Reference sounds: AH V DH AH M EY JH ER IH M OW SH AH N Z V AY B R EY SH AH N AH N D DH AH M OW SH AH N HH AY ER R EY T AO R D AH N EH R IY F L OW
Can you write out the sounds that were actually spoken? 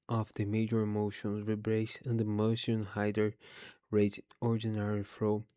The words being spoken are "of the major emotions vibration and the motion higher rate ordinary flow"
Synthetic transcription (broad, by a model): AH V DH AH M EY JH ER IH M OW SH AH N Z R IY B R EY AH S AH N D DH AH M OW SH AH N HH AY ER R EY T AO R D AH N EH R IY F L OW